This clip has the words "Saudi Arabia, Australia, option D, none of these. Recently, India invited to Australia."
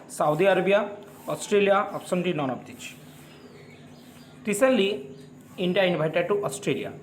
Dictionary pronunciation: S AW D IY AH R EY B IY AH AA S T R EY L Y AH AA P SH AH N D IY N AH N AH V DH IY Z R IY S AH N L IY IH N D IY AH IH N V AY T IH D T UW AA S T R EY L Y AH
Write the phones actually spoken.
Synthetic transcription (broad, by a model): S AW D IY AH R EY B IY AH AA S T R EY L Y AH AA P S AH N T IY N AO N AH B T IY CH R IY S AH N L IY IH N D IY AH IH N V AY T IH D T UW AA S T R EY L Y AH